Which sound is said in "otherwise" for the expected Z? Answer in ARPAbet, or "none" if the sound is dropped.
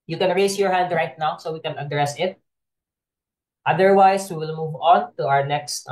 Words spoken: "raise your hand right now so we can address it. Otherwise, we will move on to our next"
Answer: S